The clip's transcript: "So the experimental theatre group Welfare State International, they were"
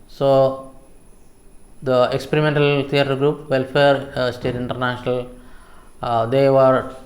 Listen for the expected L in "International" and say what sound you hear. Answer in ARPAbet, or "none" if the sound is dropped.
L